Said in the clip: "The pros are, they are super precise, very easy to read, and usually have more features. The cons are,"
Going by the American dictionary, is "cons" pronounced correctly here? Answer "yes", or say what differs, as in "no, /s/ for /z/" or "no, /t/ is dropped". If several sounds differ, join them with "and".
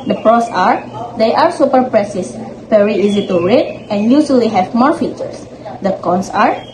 no, /s/ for /z/